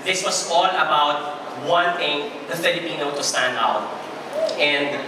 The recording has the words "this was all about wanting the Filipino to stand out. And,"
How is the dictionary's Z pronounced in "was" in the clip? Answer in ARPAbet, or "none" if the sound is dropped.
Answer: S